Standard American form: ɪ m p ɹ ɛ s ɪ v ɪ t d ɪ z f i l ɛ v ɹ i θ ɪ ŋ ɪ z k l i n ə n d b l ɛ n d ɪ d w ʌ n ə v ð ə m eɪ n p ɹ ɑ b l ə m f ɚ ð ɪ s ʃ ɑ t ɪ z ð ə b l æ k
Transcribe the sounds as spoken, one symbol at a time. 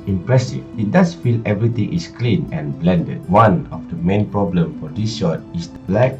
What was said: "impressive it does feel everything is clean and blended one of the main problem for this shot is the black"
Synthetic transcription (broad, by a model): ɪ m p ɹ ɛ s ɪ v ɪ t d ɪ s f i l ɛ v ɹ i t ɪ ŋ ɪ s k l i n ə n b l ɛ n d ɪ d w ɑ n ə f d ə m eɪ n p ɹ ɑ b l ə m f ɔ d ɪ s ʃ ɑ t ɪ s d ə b l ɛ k